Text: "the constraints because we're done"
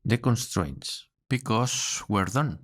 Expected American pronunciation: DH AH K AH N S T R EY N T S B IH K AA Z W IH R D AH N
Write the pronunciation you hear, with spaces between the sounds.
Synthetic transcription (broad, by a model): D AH K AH N S T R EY N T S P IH K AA S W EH R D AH N